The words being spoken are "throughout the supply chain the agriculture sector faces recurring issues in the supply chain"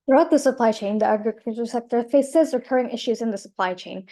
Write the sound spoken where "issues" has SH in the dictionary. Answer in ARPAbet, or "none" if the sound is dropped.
SH